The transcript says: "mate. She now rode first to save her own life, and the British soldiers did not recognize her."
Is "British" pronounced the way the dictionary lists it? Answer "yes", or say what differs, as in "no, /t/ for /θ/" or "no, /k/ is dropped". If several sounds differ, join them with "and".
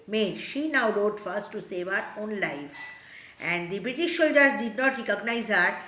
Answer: yes